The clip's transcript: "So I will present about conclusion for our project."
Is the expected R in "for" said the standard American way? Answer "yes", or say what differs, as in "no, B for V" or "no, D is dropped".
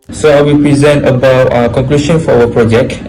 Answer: no, W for R